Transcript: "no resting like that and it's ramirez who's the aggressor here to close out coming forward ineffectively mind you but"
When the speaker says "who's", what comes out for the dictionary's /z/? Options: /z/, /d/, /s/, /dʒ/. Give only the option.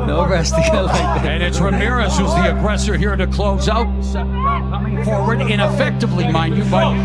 /z/